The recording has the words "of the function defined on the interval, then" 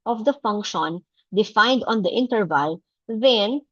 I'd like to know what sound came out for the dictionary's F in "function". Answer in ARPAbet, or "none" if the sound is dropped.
F